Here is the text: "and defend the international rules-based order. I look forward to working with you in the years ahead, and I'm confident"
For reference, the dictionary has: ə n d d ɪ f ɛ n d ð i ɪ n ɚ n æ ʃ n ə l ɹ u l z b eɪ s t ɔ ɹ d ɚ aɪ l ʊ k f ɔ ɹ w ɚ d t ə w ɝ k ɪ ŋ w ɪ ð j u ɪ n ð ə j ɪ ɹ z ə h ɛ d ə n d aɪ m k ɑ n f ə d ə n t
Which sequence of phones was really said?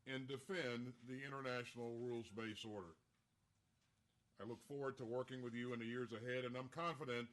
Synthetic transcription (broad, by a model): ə n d d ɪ f ɛ n ð i ɪ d ɚ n æ ʃ n l ɹ u l z b eɪ s ɔ ɹ d ɚ aɪ l ʊ k f ɔ ɹ w ɚ d t ə w ɝ k ɪ ŋ w ɪ ð j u ɪ n ð ə j ɪ ɹ z ə h ɛ d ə n aɪ m k ɑ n f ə d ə n t